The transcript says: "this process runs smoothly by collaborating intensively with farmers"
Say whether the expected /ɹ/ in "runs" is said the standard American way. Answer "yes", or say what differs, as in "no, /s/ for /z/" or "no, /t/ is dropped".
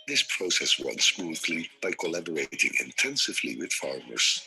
no, /w/ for /ɹ/